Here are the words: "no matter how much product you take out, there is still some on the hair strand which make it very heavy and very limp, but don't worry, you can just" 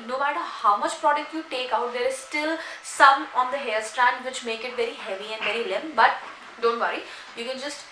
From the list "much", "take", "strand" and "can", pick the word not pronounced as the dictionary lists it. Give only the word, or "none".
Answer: none